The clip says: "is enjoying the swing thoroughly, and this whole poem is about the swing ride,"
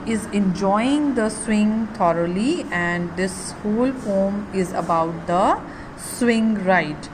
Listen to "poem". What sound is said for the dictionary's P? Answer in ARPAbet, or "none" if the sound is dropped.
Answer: F